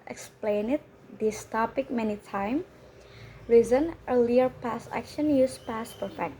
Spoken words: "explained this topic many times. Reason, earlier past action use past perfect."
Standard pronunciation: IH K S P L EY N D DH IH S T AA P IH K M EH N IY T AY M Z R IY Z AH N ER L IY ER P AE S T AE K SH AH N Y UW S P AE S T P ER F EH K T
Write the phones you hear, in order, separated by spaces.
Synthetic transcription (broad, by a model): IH K S P L EY N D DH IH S T AA P IH K M EH N IY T AY M R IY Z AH N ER L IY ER P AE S AE K SH AH N Y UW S P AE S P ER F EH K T